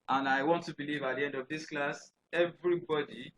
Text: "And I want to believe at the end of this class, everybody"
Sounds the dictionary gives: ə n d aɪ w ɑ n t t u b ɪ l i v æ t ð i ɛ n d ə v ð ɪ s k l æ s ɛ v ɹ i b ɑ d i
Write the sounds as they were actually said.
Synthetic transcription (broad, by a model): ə n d aɪ w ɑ n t t u b ɪ l i v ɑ t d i ɛ n d ə v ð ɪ s k l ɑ s ɛ v ɹ i b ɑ d i